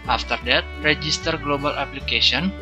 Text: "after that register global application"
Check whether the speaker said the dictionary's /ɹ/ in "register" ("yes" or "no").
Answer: yes